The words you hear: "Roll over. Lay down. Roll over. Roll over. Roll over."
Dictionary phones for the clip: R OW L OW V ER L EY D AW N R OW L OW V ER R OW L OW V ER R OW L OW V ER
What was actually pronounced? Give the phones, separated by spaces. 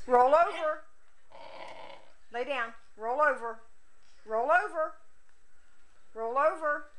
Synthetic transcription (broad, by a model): R OW L OW V ER L EY D AW N R OW L OW V ER R OW L OW V ER R OW L OW V ER